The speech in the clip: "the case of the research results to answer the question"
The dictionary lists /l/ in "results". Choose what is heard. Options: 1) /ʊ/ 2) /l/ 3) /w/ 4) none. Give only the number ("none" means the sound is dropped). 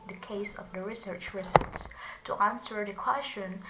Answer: 4